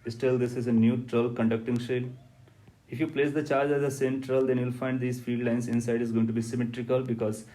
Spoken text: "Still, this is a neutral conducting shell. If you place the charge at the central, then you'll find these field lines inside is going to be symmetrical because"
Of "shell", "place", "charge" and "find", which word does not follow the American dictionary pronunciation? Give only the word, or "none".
none